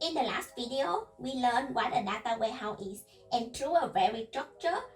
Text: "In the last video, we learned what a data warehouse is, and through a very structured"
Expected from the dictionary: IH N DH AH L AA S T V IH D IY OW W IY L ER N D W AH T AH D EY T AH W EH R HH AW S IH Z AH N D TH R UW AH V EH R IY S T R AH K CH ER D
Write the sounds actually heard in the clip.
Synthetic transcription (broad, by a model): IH N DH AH L AA S T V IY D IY OW W IY L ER N W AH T AH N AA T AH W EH HH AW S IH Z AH N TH R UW AH V EH R IY S T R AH K CH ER